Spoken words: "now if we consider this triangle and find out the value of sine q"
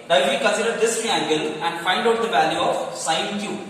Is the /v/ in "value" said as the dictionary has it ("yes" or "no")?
yes